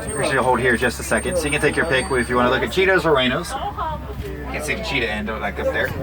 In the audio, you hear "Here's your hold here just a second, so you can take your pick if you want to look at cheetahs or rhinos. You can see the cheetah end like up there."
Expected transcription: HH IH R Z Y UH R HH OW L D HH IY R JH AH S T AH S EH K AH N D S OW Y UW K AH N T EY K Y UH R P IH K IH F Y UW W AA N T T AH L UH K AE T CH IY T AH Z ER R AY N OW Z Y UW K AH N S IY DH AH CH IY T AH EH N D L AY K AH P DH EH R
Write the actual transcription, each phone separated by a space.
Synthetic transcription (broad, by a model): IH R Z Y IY HH OW L D HH IY R JH AH S T AH S EH K AH N D S OW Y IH K AH N T EY K Y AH R P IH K IH F Y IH W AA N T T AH L UH K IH T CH IY T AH Z ER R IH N OW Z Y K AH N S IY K CH IY T AH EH N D L AY K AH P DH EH R